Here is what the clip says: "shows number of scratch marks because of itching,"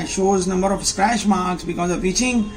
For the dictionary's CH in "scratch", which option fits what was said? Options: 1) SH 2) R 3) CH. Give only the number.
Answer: 1